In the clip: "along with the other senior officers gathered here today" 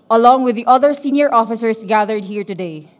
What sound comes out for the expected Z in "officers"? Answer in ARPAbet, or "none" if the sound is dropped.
S